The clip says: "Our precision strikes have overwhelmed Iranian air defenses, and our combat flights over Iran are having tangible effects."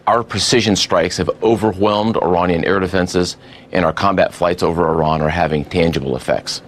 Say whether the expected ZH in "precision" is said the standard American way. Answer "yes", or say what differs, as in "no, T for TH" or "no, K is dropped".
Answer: yes